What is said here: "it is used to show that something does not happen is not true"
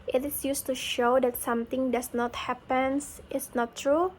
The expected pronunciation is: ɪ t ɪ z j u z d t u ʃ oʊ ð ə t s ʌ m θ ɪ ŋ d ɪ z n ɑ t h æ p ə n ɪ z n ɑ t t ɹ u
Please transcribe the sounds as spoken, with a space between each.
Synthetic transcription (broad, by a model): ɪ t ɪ s j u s t u ʃ oʊ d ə t s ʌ m t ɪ ŋ d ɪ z n ɑ t h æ p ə n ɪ s n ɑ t t ɹ u